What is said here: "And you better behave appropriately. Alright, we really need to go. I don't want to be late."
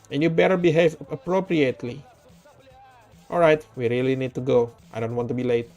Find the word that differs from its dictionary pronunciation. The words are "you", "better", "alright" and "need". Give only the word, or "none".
none